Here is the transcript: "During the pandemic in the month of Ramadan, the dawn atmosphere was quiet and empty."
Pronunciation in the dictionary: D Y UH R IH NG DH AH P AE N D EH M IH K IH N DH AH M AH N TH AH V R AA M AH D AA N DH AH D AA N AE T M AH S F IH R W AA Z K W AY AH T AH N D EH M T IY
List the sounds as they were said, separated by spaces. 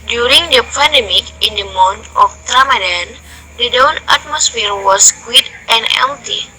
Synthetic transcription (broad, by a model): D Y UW R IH NG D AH P AE N D EH M IH K IH N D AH M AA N T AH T R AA M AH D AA N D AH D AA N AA T M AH S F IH R W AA S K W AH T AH N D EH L T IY